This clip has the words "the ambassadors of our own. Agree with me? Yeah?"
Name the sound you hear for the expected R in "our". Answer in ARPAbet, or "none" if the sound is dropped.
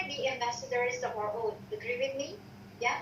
R